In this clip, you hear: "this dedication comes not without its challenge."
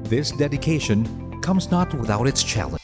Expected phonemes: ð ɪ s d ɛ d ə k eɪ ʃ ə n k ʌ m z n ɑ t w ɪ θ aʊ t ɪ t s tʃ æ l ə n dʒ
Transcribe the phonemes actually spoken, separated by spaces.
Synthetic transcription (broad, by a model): ð ɪ s d ɛ d ə k eɪ ʃ ə n k ʌ m z n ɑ t w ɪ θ aʊ t ɪ t s tʃ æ l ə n